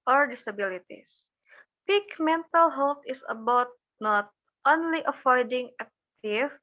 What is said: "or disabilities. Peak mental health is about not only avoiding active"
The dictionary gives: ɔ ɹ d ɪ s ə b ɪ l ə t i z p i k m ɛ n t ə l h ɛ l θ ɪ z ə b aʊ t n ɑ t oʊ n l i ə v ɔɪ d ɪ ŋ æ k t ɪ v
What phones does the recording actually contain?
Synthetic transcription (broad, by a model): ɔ ɹ d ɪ s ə b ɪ l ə t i s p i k m ɛ n t ə l h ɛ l t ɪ s ə b aʊ t n ɑ t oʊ n l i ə f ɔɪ d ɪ ŋ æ k t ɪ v